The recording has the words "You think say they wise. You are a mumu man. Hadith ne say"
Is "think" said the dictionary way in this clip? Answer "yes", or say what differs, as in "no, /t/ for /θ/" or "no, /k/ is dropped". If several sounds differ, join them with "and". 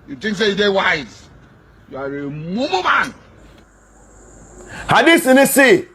no, /t/ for /θ/